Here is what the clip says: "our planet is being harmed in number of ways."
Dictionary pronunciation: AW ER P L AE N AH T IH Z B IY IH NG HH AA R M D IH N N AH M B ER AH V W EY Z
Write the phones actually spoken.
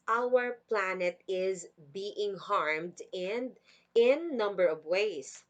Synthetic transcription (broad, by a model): AW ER P L AE N AH T IH Z B IY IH NG HH AA R M D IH N N AH M B ER AH V W EY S